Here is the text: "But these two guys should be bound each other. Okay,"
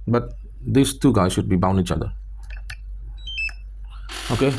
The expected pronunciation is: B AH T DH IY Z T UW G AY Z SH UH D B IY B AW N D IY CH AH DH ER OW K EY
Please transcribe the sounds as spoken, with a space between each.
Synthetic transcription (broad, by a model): B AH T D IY S T UW G AY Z SH UH D B IY B AW N IY CH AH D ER OW K EY